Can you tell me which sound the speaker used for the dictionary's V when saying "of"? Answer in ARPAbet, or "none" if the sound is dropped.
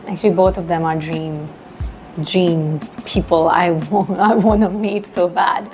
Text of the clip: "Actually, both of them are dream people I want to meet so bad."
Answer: V